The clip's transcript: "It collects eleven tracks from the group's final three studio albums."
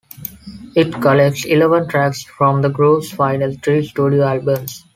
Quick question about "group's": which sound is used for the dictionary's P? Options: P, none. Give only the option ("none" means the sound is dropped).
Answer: none